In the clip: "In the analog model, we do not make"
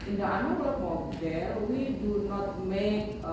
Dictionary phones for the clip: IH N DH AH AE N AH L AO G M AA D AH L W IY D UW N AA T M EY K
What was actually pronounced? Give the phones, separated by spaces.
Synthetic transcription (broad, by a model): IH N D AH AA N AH W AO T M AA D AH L W IY D UW N AA T M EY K